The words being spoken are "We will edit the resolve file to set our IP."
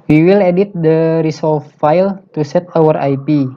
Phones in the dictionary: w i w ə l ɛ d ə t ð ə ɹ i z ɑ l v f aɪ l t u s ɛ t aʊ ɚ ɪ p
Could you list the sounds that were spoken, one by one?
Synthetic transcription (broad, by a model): w i w ə l ɛ d ə t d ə ɹ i s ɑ l f f aɪ l t u s ɛ t aʊ ɚ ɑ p